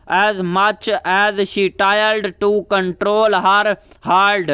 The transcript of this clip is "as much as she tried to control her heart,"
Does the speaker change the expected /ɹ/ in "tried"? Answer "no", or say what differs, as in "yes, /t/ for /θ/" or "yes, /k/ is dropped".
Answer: yes, /ɹ/ is dropped